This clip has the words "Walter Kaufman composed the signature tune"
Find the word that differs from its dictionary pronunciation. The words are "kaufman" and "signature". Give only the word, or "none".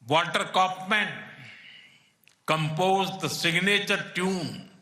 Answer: kaufman